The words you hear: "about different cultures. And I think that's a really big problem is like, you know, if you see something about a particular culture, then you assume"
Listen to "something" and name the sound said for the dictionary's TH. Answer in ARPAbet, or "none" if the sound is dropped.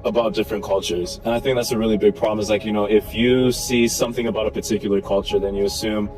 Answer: TH